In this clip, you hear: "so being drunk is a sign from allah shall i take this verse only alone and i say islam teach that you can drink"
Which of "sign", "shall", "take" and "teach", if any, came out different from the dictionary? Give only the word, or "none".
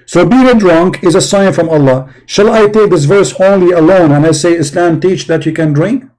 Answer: none